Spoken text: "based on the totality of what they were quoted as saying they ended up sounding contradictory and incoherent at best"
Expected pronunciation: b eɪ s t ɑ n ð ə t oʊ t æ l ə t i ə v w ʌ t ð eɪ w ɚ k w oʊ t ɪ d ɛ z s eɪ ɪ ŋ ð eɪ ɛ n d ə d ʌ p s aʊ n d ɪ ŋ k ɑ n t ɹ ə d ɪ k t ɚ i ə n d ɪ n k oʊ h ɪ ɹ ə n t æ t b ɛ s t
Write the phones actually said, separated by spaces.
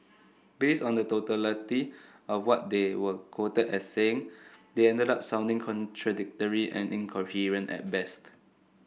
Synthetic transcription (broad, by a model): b eɪ s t ɑ n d ə t oʊ t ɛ l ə t i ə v w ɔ t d eɪ w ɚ k w oʊ t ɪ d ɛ s eɪ ɪ ŋ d eɪ ɛ n d ə d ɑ p s aʊ n d ɪ ŋ k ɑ n t ɹ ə d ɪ k t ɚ i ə n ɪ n k oʊ h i ɹ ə n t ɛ t b ɛ s t